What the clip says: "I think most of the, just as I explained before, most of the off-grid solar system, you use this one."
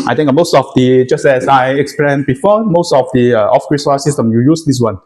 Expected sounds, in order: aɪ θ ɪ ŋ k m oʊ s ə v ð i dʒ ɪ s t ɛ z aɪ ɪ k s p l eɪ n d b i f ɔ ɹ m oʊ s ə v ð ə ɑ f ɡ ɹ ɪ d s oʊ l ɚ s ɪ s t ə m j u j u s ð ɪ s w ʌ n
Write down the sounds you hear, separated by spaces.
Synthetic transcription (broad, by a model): aɪ t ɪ ŋ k m oʊ s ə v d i dʒ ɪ s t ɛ s aɪ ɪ k s p l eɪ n b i f ɔ m oʊ s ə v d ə ɑ f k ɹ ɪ s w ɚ s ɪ s t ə m j u j u s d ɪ s w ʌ n